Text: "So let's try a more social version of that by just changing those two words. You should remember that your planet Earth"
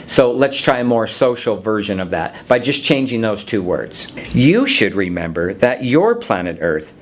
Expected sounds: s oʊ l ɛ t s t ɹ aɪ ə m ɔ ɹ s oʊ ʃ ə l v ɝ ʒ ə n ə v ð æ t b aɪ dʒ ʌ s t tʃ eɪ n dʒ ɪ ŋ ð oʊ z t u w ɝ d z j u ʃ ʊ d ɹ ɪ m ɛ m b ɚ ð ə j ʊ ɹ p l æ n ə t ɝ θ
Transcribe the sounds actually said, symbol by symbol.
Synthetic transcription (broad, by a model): s oʊ l ɛ t s t ɹ aɪ ə m ɔ ɹ s oʊ ʃ l v ɝ ʒ ə n ə v ð æ t b aɪ dʒ ʌ s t tʃ eɪ n dʒ ɪ ŋ ð oʊ z t u w ɝ d z j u ʃ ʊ d ɹ ɪ m ɛ m b ɚ ð ə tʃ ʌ ɹ p l æ n ə t ɝ θ